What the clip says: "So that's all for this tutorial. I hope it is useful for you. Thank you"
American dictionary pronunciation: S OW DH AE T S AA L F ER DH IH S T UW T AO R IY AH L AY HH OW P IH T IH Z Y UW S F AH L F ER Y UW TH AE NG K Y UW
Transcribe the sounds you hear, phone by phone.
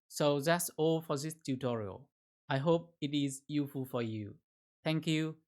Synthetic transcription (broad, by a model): S OW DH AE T S AA L F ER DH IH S T UW T AO R IY AH L AY HH OW P IH T IH Z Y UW F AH L F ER Y UW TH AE NG K Y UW